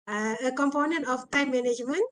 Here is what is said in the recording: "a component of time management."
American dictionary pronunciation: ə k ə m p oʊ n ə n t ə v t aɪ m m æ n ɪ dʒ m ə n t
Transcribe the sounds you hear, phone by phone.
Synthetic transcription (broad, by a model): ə k ə m p oʊ n ə n t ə p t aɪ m m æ n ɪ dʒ m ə n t